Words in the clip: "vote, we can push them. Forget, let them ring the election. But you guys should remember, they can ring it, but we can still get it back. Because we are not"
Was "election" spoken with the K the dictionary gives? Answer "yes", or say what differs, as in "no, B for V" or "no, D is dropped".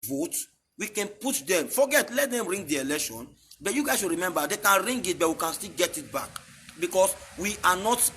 yes